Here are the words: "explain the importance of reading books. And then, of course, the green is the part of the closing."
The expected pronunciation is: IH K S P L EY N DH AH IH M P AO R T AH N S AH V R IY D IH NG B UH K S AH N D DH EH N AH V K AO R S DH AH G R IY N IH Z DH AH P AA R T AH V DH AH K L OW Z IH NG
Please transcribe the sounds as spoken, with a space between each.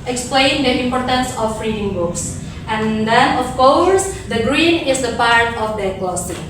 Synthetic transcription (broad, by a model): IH K S P L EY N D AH IH M P AO R T AH N S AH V R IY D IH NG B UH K S AH N D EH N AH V K AO R S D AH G R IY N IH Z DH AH P AA R T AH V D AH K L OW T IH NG